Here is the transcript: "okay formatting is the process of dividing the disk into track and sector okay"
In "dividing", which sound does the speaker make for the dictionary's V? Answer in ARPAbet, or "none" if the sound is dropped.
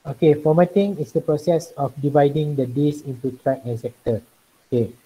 V